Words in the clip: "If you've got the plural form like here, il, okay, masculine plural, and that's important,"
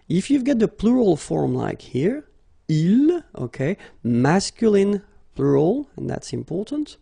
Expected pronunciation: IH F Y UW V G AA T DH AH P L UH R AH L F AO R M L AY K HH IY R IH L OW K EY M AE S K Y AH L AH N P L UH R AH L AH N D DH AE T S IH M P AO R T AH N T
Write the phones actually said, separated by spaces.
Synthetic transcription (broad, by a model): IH F Y UW V G AA T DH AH P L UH R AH L F AO R M L AY K HH IY R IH L OW K EY M AE S K Y AH L AH N P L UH R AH L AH N DH AE T S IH M P AO R T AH N T